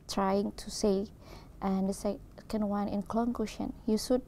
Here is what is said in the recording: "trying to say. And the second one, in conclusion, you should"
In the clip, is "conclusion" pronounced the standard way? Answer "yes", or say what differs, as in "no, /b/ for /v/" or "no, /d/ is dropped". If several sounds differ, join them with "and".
no, /ʃ/ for /ʒ/